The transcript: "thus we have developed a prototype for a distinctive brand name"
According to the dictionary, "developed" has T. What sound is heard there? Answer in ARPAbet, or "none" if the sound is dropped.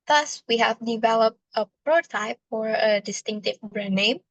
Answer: T